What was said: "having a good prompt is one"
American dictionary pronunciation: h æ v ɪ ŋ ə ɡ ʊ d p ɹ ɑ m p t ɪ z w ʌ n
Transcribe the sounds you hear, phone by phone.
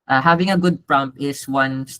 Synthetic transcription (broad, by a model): h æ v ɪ ŋ ə ɡ ʊ d p ɹ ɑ m p ɪ s w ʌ n